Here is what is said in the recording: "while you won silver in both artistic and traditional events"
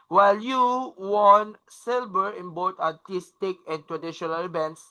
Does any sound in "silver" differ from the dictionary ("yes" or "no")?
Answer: yes